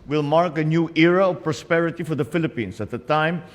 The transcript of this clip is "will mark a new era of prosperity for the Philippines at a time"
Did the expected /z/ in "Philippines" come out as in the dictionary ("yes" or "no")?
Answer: no